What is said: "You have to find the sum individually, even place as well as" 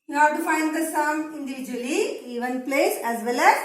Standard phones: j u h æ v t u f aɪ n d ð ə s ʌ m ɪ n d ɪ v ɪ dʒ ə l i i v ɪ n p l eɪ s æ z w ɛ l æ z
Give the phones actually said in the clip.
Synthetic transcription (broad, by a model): j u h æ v t u f aɪ n d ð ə s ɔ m ɪ n d ɪ v ɪ dʒ ə l i i v ɪ n p l eɪ s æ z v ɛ l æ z